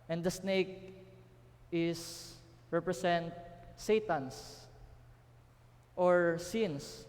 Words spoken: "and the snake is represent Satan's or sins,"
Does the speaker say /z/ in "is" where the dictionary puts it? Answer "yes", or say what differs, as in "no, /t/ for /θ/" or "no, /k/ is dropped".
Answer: no, /s/ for /z/